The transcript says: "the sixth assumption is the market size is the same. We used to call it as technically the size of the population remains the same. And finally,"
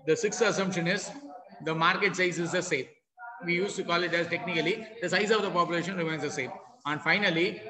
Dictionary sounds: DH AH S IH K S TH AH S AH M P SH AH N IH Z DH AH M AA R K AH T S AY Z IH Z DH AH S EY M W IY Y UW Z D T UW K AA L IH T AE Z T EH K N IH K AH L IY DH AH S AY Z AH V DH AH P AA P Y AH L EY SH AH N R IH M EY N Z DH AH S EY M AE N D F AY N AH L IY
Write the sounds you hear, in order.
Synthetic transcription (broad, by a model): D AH S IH K S T AH S AH M P SH AH N IH Z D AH M AA R K AH T S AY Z IH Z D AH S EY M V IY Y UW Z T UW K AA L IH T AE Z T EH K N IH K AH L IY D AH S AY Z AH V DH AH P AA P Y AH L EY SH AH N R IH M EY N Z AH S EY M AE N D F AY N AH L IY